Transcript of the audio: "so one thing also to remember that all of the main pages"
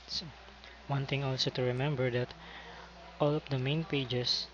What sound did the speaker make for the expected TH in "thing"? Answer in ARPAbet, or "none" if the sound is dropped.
T